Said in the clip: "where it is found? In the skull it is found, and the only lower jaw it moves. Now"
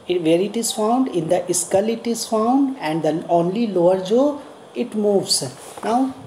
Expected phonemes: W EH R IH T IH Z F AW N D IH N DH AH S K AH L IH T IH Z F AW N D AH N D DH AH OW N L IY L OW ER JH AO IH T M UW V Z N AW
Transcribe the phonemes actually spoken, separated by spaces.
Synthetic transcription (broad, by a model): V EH R IH T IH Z F AW N D IH N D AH S K AH L IH T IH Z F AW N D AH N D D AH OW N L IY L OW ER JH AO IH T M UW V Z N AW